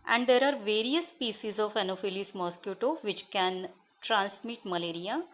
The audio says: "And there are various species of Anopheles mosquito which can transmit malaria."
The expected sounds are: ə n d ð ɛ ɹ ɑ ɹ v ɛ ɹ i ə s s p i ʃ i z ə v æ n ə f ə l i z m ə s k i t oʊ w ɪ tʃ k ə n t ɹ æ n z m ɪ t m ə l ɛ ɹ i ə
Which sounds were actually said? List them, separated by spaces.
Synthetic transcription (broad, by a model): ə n d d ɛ ɹ ɑ ɹ v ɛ ɹ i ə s s p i s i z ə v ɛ n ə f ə l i s m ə s k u t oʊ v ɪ tʃ k ə n t ɹ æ n s m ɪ t m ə l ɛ ɹ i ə